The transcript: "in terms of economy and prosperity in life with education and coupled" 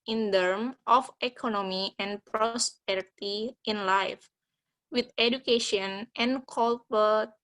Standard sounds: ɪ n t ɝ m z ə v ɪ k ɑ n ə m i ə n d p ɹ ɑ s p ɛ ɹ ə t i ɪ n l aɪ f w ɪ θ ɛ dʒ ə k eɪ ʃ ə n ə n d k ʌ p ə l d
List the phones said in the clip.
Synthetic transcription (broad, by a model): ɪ n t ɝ m ə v ɪ k ɑ n ə m i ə n p ɹ ɑ s p ɛ ɹ ə t i ɪ n l aɪ f w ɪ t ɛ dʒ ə k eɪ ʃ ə n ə n k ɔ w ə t